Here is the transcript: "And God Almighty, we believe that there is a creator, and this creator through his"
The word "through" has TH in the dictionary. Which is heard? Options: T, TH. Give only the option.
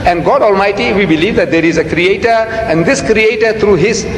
T